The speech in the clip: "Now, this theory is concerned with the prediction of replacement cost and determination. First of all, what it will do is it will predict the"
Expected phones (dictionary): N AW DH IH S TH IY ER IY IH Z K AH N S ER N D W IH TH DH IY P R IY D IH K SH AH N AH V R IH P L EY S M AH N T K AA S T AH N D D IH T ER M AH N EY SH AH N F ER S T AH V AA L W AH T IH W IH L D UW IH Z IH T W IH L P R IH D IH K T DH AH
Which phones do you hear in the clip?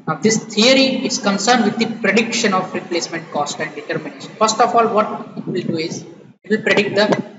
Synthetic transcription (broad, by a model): N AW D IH S T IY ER IY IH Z K AH N S ER N D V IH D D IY P R IY D IH K SH AH N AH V R IH P L EY S M AH N T K AA S T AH N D D IH T ER M AH N EY SH AH N F ER S T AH F AA L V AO T IH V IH L D UW IH Z IH T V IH L P R IH D IH K T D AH